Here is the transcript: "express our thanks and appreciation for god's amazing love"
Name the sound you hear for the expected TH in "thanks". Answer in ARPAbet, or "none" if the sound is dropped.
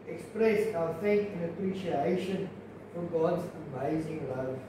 F